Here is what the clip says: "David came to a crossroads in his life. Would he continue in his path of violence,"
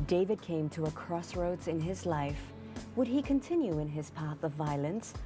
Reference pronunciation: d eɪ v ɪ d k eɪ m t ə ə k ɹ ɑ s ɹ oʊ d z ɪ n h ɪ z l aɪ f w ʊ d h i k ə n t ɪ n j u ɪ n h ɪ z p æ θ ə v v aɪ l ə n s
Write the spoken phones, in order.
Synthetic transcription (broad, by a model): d eɪ v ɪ d k eɪ m t ə ə k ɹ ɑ s ɹ oʊ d ɪ n ɪ z l aɪ f w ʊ d i k ə n t ɪ n j u ɪ n ɪ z p æ θ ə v v aɪ l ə n s